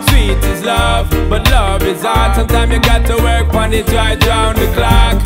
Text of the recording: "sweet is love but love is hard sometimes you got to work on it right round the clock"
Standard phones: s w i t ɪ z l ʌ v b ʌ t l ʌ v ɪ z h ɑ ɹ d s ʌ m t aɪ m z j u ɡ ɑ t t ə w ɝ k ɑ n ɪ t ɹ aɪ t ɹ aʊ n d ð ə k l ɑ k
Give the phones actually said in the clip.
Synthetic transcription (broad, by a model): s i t ɪ z l ʌ v b ʌ t l ʌ v ɪ z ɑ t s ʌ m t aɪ m j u ɡ ɑ t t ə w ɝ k ɑ n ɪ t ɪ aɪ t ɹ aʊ n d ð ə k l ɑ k